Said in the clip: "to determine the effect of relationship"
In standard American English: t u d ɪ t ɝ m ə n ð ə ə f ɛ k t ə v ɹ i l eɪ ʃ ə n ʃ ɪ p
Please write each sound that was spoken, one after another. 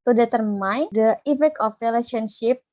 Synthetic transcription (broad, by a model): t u d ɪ t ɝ m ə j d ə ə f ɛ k ə f ɹ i l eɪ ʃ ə n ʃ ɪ p